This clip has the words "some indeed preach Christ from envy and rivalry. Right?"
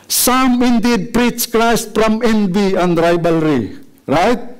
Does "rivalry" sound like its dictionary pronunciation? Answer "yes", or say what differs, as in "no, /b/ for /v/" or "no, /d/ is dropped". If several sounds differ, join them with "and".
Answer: no, /b/ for /v/